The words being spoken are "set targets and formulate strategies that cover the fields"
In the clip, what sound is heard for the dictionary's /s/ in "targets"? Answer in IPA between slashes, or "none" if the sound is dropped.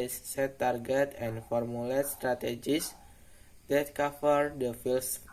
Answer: none